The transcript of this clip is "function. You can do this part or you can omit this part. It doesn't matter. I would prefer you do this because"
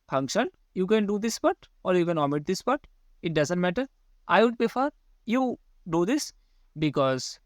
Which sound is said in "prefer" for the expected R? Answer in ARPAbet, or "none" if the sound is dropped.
none